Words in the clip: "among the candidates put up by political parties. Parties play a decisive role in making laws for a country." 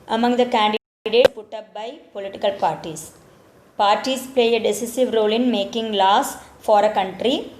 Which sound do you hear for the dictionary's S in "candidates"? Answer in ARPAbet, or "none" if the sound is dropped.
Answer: none